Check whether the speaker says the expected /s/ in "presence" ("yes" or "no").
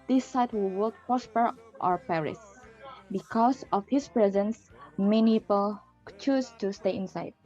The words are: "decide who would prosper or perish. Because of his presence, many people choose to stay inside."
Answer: yes